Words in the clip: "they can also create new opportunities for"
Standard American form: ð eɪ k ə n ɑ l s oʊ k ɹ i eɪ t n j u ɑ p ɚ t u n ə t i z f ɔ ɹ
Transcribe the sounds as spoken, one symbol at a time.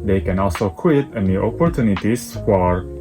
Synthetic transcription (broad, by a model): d eɪ k ə n ɑ l s oʊ k w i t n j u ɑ p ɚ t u n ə t i s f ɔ ɹ